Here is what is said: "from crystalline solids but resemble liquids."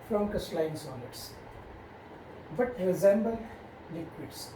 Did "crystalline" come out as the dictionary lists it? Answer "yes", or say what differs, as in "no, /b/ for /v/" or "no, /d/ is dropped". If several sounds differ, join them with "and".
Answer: no, /ɹ/ is dropped